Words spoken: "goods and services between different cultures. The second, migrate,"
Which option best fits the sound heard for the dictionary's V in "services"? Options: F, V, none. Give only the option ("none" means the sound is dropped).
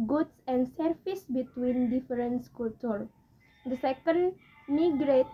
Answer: F